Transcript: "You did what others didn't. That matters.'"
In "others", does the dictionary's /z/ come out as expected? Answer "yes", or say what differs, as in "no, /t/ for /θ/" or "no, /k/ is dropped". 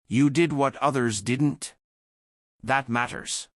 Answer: yes